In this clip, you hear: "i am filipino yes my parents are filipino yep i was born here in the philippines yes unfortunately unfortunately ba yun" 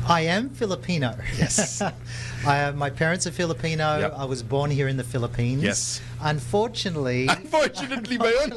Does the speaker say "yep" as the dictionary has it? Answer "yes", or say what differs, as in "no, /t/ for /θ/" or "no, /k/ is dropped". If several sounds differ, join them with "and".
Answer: no, /p/ is dropped